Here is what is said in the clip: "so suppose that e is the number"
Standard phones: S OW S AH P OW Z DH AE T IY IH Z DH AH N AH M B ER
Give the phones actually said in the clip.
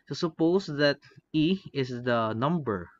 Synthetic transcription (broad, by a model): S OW S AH P OW S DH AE T IY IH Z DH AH N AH M B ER